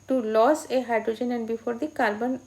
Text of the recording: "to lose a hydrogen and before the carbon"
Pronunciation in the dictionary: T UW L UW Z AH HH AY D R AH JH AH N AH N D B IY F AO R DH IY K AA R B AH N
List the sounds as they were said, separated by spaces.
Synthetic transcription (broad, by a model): T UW L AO S AH HH AY D R AH JH AH N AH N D B IY F AO R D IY K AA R B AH N